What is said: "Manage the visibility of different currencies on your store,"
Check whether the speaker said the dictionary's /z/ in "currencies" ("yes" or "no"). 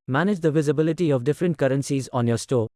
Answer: yes